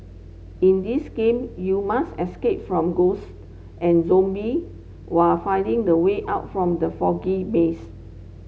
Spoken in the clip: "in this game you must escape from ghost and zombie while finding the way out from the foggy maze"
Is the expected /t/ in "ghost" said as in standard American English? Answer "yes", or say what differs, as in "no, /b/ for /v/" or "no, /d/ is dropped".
yes